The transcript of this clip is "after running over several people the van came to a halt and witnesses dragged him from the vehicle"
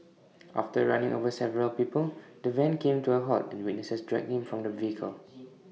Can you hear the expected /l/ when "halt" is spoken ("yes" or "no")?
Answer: no